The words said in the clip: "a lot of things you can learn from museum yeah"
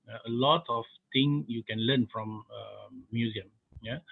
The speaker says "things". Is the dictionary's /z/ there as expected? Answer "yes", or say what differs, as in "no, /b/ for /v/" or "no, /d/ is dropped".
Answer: no, /z/ is dropped